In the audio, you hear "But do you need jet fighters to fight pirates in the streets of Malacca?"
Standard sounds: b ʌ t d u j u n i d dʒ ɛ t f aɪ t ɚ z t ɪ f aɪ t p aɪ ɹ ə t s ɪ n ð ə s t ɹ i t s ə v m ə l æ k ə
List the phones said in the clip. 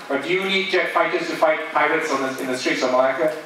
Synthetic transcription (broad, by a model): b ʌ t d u j u n i d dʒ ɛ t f aɪ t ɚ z t ɪ f aɪ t p aɪ ɹ ə t s ɪ n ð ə s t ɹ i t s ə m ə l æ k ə